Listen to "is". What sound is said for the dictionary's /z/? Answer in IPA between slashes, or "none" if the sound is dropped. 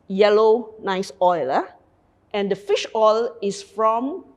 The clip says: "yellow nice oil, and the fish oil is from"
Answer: /s/